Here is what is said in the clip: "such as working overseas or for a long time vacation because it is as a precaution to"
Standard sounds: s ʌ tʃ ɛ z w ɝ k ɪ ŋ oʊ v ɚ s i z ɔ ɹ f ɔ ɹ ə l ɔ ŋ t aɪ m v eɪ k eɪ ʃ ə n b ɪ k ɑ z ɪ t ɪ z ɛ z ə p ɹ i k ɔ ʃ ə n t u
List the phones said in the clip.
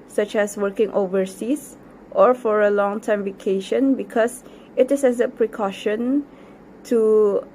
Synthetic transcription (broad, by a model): s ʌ tʃ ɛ s w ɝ k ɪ ŋ oʊ v ɚ s i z ɔ ɹ f ɔ ɹ ə l ɔ ŋ t aɪ m v eɪ k eɪ ʃ ə n b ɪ k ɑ s ɪ t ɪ s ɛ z ə p ɹ i k ɔ ʃ ə n t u